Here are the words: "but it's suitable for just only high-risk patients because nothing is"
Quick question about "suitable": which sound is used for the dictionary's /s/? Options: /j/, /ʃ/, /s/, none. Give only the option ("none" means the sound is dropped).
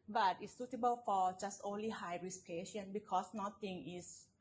/s/